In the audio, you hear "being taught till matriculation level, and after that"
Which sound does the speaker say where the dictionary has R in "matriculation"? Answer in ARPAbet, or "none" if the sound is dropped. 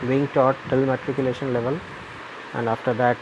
R